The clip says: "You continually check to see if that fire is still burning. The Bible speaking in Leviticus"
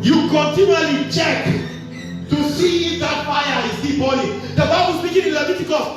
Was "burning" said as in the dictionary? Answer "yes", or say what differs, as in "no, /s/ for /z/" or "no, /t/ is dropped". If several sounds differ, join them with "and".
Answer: no, /l/ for /n/